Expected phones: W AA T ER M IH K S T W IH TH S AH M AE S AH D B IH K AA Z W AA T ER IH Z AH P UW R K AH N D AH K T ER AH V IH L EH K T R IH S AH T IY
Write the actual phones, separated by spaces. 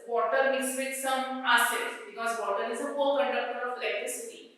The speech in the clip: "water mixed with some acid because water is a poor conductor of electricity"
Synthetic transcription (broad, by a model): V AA T ER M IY S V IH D S AH M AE S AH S B IH K AA Z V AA T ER IH Z AH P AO L K AH N D AH K T ER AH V L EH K T R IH S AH T IY